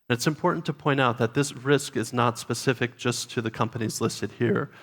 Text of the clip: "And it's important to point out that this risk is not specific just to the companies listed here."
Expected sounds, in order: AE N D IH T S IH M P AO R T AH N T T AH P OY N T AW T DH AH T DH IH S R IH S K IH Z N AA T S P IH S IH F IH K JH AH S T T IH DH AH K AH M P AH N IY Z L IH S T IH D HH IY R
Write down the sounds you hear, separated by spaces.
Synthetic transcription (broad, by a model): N IH T S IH M P AO R T N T T AH P OY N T AW T DH AH T DH IH S R IH S K IH Z N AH T S P IH S IH F IH K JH AH S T T IH DH AH K AH M P AH N IY Z L IH S T IH D HH IY R